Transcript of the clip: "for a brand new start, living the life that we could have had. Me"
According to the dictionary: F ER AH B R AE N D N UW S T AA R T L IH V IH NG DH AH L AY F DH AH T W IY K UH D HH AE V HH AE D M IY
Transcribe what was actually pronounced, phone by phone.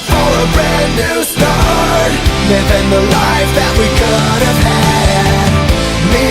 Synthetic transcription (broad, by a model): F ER AH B R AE D N UW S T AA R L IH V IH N DH AH L AY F DH AH T W IY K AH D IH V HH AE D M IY